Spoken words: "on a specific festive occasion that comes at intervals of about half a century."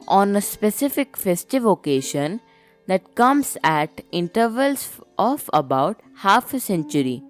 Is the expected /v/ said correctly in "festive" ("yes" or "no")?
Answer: yes